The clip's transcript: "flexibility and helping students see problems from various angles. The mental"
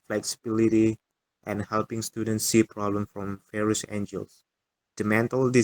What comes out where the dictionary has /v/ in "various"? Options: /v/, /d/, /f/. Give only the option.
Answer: /f/